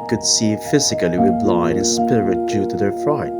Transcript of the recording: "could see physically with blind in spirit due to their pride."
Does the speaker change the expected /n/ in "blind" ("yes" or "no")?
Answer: yes